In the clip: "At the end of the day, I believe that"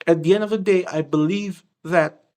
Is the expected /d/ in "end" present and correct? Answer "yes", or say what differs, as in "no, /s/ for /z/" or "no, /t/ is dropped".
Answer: yes